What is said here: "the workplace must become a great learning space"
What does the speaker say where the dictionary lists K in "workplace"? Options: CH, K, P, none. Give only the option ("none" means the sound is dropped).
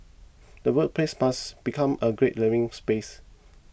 none